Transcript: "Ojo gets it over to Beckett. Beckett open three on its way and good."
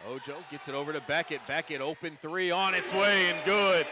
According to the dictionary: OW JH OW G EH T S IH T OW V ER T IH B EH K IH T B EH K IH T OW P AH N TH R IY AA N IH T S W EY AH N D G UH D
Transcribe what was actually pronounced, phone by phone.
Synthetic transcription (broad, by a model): OW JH OW G EH T S IH T OW V ER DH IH B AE K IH T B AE K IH T OW P AH N TH R IY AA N IH T S W EY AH N G UH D